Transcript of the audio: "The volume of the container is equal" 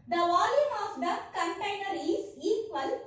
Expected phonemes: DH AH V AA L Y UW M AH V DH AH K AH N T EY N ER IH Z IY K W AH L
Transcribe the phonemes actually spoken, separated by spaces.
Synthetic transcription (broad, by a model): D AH V AA L Y UW M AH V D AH K AH N T EY N ER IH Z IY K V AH L